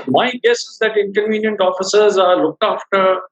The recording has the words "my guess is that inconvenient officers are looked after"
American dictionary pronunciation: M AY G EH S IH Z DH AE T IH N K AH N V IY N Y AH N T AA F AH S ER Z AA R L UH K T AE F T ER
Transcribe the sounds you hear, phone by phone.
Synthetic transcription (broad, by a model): M AY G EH S IH Z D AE T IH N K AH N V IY N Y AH N T AA F AH S ER Z AA R L UH K T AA F T ER